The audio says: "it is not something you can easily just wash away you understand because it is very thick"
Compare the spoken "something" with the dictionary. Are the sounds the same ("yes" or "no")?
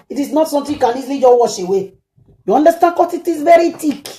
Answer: no